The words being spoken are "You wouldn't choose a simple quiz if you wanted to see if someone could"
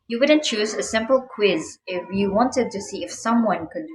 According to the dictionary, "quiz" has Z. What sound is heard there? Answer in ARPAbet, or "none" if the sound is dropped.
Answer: Z